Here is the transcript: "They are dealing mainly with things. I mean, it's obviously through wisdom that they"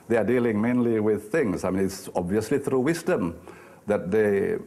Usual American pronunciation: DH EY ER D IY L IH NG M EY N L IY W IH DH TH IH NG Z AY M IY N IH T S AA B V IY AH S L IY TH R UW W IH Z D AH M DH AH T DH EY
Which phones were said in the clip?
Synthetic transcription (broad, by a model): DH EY ER D IY L IH NG M EY N L IY W IH DH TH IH NG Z AY M IY N IH T S AA B V IY AH S L IY TH R UW W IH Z D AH M DH AH T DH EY